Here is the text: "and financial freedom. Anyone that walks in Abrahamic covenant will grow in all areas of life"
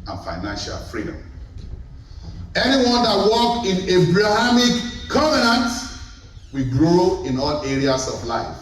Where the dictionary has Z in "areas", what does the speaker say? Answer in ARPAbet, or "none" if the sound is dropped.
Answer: S